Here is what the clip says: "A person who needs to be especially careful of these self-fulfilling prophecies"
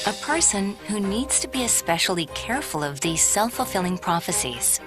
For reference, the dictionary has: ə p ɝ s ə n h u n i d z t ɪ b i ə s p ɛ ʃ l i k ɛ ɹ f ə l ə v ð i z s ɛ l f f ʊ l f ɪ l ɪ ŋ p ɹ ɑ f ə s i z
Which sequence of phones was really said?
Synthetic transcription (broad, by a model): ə p ɝ s ə n h u n i d z t ɪ b i ə s p ɛ ʃ l i k ɛ ɹ f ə l ə v ð i z s ɛ l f f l f ɪ l ɪ ŋ p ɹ ɑ f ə s i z